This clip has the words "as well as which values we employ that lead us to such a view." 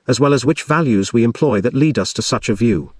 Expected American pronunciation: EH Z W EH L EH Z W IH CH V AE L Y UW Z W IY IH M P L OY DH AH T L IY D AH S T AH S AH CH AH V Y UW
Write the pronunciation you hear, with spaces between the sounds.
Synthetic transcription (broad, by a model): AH Z W EH L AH Z W IH CH V AE L Y UW Z W IY IH M P L OY DH AH T L IY D AH S T AH S AH CH AH V Y UW